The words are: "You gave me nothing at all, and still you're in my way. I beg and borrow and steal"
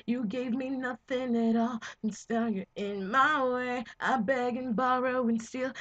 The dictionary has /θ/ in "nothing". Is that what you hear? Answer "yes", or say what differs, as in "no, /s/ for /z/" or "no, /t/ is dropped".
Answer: yes